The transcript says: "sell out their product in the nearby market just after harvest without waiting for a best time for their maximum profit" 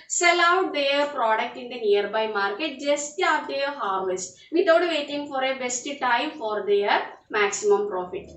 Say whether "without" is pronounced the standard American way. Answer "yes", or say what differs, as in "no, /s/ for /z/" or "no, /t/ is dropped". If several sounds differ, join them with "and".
no, /t/ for /θ/